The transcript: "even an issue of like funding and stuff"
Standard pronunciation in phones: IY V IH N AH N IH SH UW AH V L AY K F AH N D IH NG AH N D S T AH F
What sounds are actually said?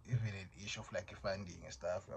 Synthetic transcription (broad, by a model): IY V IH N AH N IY SH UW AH F L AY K F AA N D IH NG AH S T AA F